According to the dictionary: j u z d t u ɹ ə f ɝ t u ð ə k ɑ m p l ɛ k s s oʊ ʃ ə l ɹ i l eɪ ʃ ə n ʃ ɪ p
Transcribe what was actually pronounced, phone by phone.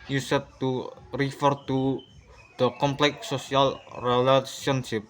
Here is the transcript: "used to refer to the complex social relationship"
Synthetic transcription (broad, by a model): j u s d t u ɹ ə f ɝ t u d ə k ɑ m p l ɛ k s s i ə l ɹ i l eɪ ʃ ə n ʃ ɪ p